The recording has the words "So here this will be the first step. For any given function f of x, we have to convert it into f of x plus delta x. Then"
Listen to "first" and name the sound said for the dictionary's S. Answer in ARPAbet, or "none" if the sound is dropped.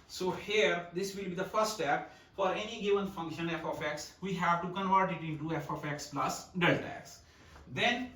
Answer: none